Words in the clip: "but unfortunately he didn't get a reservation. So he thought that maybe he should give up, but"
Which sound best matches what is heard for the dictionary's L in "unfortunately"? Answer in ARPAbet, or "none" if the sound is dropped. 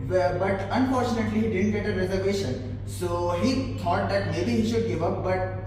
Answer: L